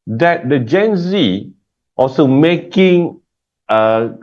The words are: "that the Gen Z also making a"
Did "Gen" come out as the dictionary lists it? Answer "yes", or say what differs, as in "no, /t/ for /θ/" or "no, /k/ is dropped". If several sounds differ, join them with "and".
yes